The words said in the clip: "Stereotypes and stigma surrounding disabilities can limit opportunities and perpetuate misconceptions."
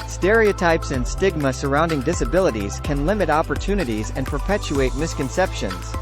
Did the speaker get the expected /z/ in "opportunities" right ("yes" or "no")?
yes